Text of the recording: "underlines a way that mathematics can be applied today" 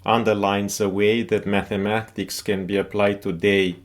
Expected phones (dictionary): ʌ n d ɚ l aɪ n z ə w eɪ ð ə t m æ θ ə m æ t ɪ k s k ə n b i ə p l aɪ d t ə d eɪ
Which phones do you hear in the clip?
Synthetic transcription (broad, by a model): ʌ n d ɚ l aɪ n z ə w eɪ ð ə t m æ θ ə m æ t ɪ k s k ə n b i ə p l aɪ d t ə d eɪ